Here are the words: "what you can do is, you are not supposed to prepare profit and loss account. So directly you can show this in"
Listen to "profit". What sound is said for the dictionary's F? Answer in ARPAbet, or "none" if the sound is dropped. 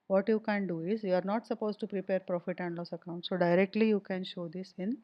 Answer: F